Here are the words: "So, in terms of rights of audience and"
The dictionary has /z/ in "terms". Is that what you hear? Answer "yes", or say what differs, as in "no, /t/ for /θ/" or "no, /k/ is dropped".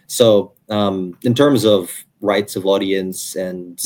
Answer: yes